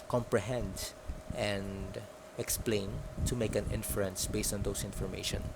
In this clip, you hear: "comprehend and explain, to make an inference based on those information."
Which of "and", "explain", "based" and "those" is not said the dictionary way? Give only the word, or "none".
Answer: those